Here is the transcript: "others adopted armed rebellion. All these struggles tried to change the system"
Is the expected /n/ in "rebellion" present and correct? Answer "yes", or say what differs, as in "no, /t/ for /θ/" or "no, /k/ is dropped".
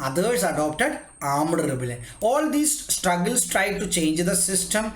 no, /n/ is dropped